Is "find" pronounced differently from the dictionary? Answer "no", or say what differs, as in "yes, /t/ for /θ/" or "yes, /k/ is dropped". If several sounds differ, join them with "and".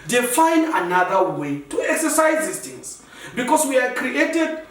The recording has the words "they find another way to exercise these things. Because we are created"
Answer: yes, /d/ is dropped